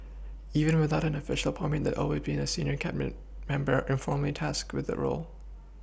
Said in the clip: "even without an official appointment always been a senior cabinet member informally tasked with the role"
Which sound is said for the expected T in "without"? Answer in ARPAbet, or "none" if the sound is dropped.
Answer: T